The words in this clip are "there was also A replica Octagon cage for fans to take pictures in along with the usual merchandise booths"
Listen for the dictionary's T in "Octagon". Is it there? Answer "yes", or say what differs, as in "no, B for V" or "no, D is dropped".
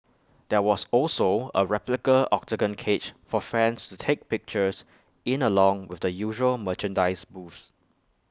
no, S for T